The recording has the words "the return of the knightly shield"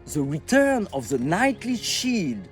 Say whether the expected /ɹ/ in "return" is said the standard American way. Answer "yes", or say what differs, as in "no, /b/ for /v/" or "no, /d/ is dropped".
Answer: yes